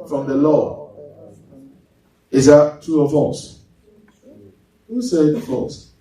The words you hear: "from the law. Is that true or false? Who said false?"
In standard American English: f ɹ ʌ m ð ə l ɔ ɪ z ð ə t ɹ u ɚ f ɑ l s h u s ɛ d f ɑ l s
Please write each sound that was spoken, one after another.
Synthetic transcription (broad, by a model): f ɹ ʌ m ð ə l ɔ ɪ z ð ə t u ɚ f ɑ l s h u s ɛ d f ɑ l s